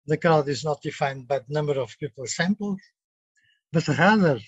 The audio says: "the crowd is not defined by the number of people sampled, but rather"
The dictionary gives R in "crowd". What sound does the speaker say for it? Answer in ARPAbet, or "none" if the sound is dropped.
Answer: none